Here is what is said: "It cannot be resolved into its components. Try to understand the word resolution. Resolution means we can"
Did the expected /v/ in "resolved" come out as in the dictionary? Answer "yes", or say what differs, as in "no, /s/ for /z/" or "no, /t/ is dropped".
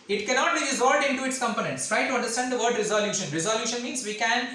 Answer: no, /v/ is dropped